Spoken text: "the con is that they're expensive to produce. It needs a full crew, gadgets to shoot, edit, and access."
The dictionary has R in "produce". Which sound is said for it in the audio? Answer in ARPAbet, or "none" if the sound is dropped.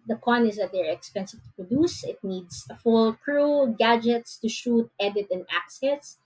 R